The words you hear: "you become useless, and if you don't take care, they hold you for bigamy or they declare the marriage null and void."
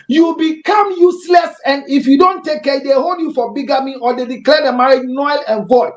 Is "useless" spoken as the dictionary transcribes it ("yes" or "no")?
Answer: yes